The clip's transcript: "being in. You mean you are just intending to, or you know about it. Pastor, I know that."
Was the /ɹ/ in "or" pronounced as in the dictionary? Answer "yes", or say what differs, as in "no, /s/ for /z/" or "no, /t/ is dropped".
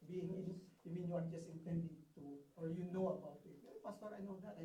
no, /l/ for /ɹ/